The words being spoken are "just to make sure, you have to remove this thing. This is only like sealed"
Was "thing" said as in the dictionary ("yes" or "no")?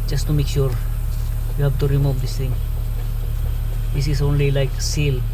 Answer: no